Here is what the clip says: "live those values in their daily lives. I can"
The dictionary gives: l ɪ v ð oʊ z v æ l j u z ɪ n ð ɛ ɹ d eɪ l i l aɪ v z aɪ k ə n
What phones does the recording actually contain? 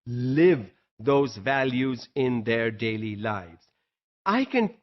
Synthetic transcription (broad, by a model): l ɪ v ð oʊ z v æ l j u z ɪ n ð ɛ ɹ d eɪ l i l aɪ v z aɪ k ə n